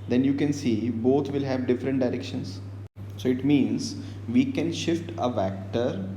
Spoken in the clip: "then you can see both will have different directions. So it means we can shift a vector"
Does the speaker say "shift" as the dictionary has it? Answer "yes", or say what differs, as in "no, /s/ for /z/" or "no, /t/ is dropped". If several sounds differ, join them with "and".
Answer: yes